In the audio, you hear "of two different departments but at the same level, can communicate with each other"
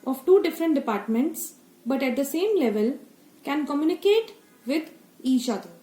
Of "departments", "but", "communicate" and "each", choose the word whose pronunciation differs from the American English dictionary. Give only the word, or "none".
each